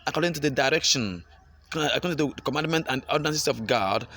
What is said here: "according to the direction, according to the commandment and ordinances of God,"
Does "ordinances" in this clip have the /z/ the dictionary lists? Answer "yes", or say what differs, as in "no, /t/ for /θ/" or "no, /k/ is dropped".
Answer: no, /s/ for /z/